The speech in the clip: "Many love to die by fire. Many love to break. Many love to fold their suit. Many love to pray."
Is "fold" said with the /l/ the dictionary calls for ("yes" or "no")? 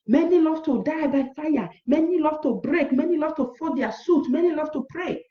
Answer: no